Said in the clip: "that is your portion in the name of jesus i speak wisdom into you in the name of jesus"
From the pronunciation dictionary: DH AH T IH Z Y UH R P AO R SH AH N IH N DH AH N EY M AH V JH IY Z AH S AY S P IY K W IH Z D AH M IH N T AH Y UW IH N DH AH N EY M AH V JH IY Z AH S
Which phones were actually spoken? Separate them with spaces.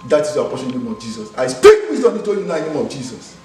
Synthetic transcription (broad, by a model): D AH T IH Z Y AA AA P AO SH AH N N N EY M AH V JH IY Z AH S AY S P IY K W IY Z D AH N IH T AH Y UW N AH N EY M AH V JH IY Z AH S